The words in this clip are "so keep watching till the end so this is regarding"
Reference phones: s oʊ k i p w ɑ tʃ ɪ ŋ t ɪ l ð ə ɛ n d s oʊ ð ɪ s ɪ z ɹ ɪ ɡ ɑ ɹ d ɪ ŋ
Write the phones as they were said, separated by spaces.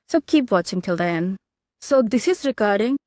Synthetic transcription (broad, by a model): s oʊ k i p w ɑ tʃ ɪ ŋ t ɪ l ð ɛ n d s oʊ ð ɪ s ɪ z ɹ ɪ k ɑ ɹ d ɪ ŋ